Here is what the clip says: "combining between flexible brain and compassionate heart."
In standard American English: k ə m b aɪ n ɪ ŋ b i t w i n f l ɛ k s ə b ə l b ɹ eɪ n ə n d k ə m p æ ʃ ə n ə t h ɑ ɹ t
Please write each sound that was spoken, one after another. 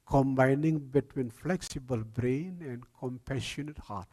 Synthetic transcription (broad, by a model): k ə m b aɪ n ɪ ŋ b i t w i n f l ɛ k s ə b ə l b ɹ eɪ n ə n d k ə m p æ ʃ ə n ə t h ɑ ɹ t